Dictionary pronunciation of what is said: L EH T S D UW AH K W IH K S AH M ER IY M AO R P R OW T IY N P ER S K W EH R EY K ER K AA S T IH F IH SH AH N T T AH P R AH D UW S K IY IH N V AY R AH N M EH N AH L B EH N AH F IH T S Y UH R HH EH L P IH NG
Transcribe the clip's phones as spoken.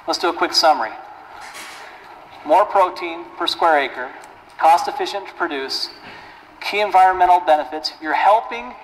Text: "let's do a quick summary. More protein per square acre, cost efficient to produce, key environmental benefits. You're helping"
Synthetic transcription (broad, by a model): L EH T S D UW AH K W IH K S AH M ER IY M AO R P R OW T IY N P ER S K W EH R EY K ER K AA S T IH F IH SH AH N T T P R AH D UW S K IY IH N V AY R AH N M EH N L B EH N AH F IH T S Y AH R HH EH L P IH NG